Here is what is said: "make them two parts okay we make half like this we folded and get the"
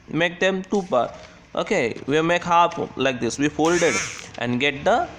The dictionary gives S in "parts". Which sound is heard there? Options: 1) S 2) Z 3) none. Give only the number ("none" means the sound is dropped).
3